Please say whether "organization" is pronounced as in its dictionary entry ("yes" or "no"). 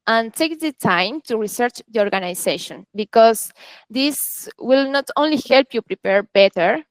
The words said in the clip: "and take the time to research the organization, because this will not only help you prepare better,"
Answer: no